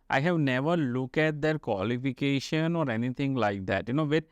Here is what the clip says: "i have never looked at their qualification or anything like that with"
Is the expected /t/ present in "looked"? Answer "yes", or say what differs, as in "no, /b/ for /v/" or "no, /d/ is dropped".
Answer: no, /t/ is dropped